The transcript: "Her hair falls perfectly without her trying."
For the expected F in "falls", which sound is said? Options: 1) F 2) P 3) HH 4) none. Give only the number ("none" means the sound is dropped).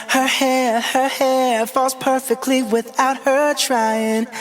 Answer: 1